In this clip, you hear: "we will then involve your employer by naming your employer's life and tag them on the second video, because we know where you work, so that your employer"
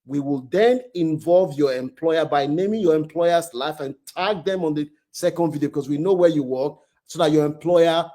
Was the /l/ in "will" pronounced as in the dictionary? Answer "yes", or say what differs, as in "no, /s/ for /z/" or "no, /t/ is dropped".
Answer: yes